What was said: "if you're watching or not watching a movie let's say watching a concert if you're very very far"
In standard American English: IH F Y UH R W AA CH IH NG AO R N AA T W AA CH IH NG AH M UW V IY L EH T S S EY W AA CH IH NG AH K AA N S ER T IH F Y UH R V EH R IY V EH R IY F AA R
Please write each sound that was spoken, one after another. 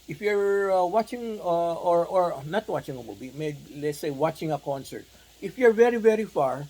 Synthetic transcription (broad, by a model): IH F Y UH R W AA CH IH NG AO R N AA T W AA CH IH NG AH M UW B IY L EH T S S EY W AA CH IH NG AH K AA N S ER T IH F Y UH R V EH R IY V EH R IY F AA R